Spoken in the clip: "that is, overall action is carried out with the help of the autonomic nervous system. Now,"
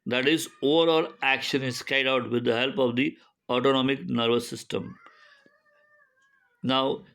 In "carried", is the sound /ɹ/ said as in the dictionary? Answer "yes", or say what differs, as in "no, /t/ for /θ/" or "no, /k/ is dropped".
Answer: no, /ɹ/ is dropped